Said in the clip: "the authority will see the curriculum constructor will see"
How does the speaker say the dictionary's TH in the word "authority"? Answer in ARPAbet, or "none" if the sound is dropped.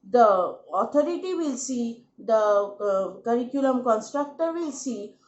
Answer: T